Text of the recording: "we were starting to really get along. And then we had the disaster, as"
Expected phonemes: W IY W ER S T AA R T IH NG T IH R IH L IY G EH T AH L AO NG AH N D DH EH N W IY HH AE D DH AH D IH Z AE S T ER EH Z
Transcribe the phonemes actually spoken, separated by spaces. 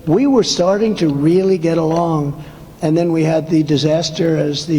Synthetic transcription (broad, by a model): W IY W ER S T AA R T IH NG T IH R IH L IY G EH T AH L AO NG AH N DH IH N W IY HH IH D DH AH D IH Z AE S T ER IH Z